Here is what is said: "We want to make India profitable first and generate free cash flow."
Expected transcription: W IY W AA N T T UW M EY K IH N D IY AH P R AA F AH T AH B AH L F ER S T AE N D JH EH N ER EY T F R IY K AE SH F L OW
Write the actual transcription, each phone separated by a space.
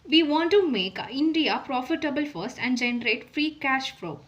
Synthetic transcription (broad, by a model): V IY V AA N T T UW M EY K IH N D IY AH P R AA F AH T AH B AH L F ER S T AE N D JH EH N ER EY T F R IY K AE SH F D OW